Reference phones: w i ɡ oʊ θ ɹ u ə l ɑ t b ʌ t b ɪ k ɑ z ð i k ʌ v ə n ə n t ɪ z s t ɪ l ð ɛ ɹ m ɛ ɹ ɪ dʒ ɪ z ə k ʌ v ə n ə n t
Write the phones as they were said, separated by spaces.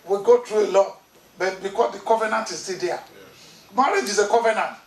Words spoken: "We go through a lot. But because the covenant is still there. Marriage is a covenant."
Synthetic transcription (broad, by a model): w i ɡ oʊ t ɹ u ə l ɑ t b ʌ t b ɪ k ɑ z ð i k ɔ v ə n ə n t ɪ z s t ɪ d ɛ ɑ m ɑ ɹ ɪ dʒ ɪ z ə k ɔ v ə n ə n t